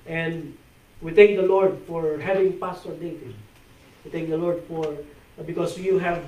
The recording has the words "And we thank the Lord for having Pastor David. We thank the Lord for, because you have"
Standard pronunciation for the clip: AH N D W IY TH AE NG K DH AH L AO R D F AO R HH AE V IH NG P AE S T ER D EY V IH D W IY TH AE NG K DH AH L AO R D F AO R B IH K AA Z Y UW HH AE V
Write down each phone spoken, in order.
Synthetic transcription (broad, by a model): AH N D W IY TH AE NG K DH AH L AO R D F AO R HH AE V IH NG P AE S T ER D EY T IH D W IY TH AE NG K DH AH L AO R D F AO R B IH K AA S Y UW HH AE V